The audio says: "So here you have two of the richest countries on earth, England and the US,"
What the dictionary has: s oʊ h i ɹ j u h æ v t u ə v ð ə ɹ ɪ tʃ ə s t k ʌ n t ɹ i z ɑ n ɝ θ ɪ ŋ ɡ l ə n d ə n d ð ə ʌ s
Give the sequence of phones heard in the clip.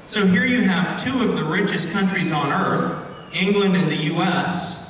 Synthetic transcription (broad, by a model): s oʊ h i ɹ j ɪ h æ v t u ə v ð ə ɹ ɪ tʃ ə s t k ʌ n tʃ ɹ i z n ɝ θ ɪ ŋ ɡ l ə n d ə n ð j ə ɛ s